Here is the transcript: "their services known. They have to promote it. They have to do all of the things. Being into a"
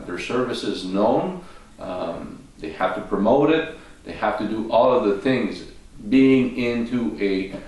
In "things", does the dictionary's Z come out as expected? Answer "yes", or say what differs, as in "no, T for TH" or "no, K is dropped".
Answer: yes